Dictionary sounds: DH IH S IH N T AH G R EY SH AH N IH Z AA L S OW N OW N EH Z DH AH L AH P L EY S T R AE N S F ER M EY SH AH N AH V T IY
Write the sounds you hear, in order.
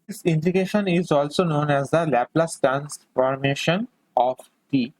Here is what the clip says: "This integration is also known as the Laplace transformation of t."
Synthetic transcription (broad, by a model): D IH S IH N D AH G EY SH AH N IH Z AA L S OW N OW N EH Z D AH L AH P L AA S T AE N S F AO M EY SH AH N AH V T IY